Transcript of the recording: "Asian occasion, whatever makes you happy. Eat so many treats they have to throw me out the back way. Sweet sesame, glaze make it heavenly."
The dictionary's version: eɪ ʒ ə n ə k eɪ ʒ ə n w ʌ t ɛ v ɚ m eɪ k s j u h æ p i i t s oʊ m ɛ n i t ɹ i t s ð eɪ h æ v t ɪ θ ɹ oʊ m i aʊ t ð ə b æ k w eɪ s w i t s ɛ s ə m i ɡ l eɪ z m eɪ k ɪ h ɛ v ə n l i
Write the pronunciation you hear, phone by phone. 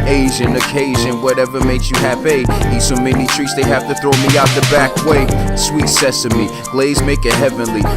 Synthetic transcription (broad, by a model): eɪ ʒ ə n ə k eɪ ʒ ə n w ʌ t ɛ v ɚ m eɪ k s j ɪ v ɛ i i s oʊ m ɛ n i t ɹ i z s ð eɪ h æ f t ɪ θ ɹ oʊ m i aʊ t ð ə b æ k w eɪ s w i t s ɛ s ə m i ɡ l eɪ z m eɪ k ɪ h ɛ v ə n l i